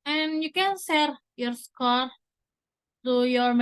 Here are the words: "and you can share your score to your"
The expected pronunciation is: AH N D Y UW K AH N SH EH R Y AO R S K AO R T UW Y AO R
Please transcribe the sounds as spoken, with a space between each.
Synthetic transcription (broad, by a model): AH N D Y UW K AH N S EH R Y AO R S K AO R T UW Y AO R